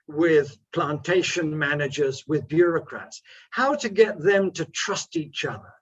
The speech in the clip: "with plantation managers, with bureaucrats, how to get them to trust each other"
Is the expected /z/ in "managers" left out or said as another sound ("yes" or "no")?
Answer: no